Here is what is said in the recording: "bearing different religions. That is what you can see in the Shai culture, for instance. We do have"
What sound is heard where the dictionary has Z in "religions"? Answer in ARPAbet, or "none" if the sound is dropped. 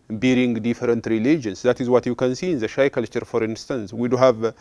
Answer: S